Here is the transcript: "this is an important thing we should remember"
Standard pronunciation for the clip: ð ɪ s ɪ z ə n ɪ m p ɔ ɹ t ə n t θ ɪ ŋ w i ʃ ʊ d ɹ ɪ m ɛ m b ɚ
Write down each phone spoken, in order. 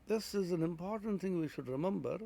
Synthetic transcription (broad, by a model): ð ɪ s ɪ z ə n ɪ m p ɔ ɹ t n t θ ɪ ŋ w i ʃ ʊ d ɹ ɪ m ɛ m b ɚ